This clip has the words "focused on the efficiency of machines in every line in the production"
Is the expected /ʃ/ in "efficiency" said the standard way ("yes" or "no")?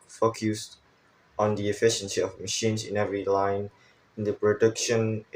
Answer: yes